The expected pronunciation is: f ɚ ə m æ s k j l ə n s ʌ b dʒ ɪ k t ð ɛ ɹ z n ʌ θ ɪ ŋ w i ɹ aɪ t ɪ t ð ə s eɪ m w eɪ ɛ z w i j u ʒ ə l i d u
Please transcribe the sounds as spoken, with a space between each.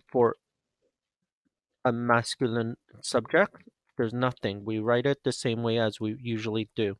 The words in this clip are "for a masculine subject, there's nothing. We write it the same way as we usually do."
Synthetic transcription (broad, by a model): f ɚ ə m æ s k j l ə n s ʌ b dʒ ɪ k t ð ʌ ɹ z n ʌ θ ɪ ŋ w i ɹ aɪ t ɪ t ð ə s eɪ m w eɪ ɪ z w i j u ʒ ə l i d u